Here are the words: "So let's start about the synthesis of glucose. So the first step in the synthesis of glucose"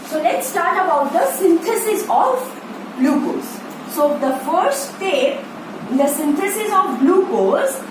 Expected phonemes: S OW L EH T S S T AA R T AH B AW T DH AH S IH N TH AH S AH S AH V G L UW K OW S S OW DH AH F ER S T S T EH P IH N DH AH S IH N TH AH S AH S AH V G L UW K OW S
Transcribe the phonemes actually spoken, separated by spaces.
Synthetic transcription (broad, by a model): S OW L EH T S S T AA R T AH B AW T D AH S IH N T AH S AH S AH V L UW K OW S S OW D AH F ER T S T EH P IH N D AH S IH N T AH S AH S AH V L UW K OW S